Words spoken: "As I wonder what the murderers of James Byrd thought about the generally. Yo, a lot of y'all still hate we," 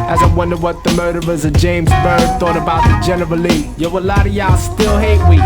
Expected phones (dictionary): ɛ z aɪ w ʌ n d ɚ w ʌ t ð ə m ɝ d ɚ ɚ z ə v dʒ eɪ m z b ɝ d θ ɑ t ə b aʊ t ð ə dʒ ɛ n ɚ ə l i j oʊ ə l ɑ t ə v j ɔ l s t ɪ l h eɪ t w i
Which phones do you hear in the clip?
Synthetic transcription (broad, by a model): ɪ z aɪ w ʌ n d ɚ w ʌ t ð ə m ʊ d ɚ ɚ z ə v dʒ eɪ m z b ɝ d θ ɑ t ə b aʊ t ð ə dʒ ɛ n ɚ ə l i j oʊ ə l ɑ t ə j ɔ s t ɪ l h eɪ t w i